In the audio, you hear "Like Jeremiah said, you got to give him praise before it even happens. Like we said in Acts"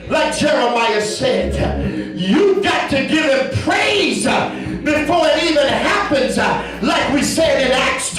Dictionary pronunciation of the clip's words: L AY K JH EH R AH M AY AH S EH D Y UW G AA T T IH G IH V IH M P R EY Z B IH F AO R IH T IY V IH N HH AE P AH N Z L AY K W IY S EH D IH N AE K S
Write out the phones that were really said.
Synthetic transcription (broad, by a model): L AY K JH EH R AH M AY AH S EH D Y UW G AA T T IH G IH V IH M P R EY Z B IH F AO R IH T IY V IH N HH AE P AH N Z L AY K W IY S EH D IH N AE K S